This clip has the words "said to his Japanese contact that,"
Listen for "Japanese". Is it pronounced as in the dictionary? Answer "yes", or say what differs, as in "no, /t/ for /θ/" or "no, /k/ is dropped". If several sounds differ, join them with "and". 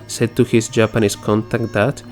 no, /s/ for /z/